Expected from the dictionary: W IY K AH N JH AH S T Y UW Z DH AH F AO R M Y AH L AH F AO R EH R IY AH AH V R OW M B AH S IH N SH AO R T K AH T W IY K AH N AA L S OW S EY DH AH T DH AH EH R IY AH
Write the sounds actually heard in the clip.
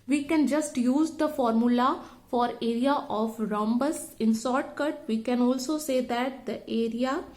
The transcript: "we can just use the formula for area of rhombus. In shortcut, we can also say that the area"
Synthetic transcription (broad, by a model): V IY K AH N JH AH S T Y UW Z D AH F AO R M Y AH L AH F AO R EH R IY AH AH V R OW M B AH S IH N S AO R T K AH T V IY K AH N AA L S OW S EY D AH T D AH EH R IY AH